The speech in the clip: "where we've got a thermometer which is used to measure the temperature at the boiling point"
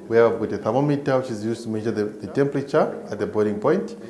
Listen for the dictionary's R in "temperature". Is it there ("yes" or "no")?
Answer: yes